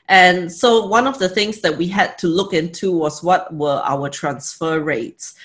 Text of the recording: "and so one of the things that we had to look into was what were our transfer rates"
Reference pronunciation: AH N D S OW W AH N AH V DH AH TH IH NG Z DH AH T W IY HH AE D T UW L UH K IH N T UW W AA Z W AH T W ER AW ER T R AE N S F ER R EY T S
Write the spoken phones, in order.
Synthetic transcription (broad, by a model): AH N S OW W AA N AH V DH AH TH IH NG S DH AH T W IY HH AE D T UW L UH K IH N T UW W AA S W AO T W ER AW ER T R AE N S F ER R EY T S